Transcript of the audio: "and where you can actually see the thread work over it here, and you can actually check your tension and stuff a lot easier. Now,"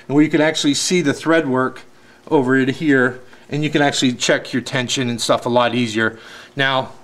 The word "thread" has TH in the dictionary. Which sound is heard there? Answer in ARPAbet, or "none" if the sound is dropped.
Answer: TH